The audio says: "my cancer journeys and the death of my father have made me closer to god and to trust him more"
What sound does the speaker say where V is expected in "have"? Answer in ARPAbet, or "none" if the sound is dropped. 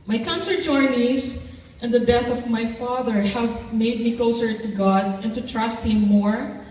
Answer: V